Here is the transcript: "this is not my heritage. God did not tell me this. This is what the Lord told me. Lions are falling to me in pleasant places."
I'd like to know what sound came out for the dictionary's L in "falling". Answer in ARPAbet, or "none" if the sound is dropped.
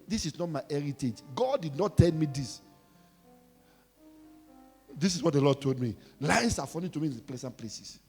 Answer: N